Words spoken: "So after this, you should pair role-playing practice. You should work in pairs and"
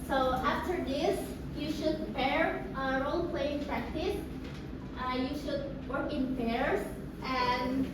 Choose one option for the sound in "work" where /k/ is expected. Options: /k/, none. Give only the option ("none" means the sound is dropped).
/k/